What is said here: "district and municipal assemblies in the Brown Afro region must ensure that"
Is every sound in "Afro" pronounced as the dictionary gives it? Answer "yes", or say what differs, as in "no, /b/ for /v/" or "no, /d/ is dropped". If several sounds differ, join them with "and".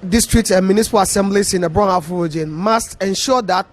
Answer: no, /ɹ/ is dropped